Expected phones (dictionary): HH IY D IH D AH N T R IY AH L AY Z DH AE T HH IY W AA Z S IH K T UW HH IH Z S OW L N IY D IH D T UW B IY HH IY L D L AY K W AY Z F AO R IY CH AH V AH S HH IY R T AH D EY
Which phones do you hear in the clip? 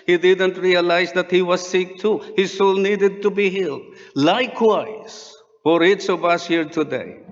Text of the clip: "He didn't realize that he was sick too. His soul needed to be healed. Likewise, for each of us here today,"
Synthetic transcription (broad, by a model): HH IY D IH D AH N T R IY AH L AY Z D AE T HH IY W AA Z S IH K T UW HH IH Z S OW L N IY D IH D T UW B IY HH IY L D L AY K W AY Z F AO R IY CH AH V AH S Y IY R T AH D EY